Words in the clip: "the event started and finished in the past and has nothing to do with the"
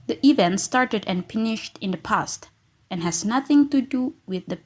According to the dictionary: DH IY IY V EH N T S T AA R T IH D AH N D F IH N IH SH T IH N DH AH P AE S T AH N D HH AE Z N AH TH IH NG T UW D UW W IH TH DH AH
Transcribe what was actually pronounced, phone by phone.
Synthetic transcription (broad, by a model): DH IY IY V EH N T S T AA R T IH D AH N F IH N IH SH T IH N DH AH P AE S T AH N HH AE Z N AH TH IH NG T UW D UW W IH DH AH